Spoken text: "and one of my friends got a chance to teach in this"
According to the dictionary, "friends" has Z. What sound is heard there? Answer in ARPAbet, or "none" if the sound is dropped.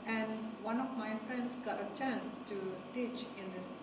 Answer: S